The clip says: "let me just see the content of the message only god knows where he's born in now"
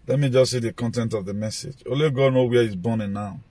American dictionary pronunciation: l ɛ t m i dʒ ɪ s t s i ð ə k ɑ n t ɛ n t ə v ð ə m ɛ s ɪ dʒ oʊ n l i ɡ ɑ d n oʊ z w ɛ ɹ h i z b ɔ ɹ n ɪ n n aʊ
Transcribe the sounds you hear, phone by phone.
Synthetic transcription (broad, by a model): l ɛ t m i dʒ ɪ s s i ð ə k ɑ n t ɛ n t ə v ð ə m ɛ s ɪ dʒ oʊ l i ɡ ɑ d n oʊ w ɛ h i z b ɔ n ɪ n n aʊ